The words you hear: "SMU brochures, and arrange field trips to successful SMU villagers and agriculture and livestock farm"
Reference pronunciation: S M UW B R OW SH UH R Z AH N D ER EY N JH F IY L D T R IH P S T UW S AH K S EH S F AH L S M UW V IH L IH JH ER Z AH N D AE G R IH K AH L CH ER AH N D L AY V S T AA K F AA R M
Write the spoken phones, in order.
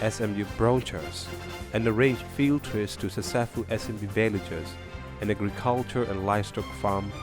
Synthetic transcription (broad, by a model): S M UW B R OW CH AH R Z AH N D ER EY N JH F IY L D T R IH S T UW S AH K S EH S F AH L S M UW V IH L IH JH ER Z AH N AE G R IH K AH L CH ER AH N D L AY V S T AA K F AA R M